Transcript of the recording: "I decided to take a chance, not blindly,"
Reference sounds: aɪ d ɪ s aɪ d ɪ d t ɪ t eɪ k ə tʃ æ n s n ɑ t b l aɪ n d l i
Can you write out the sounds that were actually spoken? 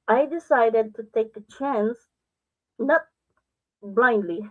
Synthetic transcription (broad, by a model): aɪ d ɪ s aɪ d ɪ d t ɪ t eɪ k ə tʃ æ n s n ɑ t b l aɪ n d l i